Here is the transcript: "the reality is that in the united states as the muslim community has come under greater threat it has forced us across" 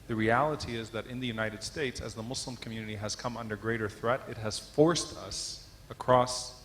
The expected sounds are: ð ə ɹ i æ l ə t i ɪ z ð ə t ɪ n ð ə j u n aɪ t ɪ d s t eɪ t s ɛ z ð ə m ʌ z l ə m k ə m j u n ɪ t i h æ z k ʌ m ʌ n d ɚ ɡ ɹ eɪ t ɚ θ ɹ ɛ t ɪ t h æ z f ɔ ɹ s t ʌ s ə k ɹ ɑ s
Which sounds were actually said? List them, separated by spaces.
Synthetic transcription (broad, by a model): ð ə ɹ i æ l ə t i ɪ z ð ə t ɪ n ð ə j u n aɪ t ɪ d s t eɪ t s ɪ z ð ə m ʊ s l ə m k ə m j u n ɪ t i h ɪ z k ʌ m ʌ n d ɚ ɡ ɹ eɪ t ɚ θ ɹ ɛ t ɪ t h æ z f ɔ ɹ s t ʌ s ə k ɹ ɑ s